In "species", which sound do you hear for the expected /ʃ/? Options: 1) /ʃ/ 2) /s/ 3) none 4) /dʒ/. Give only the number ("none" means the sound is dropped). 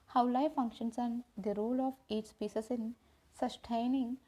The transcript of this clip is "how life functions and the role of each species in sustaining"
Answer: 2